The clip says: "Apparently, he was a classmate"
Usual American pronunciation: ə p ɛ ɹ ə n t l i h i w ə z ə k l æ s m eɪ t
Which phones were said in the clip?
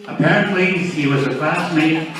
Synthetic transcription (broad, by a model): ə p ɛ ɹ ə n t l i h i w ə z ə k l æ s m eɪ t